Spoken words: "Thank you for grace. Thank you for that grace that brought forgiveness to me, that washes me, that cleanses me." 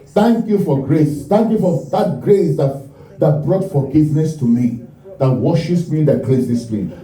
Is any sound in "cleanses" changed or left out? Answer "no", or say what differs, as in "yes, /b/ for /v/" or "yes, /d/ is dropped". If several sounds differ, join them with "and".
yes, /n/ is dropped and /s/ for /z/